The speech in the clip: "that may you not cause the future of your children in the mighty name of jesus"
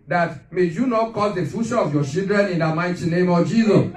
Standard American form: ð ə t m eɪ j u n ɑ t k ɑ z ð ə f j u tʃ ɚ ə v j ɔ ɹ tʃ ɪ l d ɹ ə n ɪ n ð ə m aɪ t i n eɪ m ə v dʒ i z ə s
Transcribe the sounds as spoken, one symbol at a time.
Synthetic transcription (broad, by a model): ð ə t m eɪ j u n ɑ t k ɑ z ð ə f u ʃ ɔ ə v j ɔ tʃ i l d ɹ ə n ɪ n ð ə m aɪ t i n eɪ m ə v dʒ i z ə s